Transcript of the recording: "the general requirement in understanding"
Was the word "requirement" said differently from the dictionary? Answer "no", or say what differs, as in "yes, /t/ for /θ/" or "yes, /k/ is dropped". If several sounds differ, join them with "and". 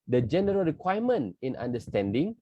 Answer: yes, /t/ is dropped